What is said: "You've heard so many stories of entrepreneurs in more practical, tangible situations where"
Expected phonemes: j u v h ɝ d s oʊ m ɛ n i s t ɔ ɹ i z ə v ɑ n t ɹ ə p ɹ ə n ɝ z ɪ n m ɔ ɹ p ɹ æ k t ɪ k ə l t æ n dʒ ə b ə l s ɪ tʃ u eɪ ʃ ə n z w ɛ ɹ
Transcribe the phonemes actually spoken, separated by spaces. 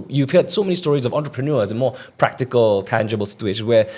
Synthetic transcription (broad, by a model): j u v h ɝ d s oʊ m ɛ n i s t ɔ ɹ i z ə v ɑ n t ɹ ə p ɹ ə n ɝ z ɪ n m ɔ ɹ p ɹ æ k t ɪ k ə l t æ n dʒ ə b ə l s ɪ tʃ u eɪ ʃ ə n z w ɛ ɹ